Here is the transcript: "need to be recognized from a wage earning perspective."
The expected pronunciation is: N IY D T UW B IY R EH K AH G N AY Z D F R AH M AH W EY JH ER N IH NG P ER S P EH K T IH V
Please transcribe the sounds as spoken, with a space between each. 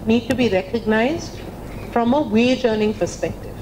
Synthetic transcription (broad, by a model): N IY D T UW B IY R EH K AH G N AY Z D F R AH M AH W EY JH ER N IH NG P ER S P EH K T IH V